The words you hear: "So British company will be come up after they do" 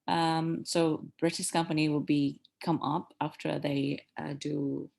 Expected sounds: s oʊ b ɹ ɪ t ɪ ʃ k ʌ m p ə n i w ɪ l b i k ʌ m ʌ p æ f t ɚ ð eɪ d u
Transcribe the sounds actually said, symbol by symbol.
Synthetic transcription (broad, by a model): s oʊ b ɹ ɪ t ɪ s k ʌ m p ə n i w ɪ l b i k ʌ m ʌ p æ f t ɚ ð eɪ d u